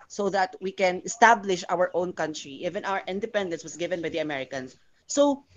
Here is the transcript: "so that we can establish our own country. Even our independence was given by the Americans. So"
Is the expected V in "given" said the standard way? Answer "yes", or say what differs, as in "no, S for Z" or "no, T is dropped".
yes